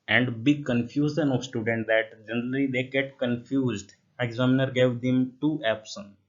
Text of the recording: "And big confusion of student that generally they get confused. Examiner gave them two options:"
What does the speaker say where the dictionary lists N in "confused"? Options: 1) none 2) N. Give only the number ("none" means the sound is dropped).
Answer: 2